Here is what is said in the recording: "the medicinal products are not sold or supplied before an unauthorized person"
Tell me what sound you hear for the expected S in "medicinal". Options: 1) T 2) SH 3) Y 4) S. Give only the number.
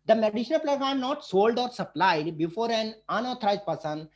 2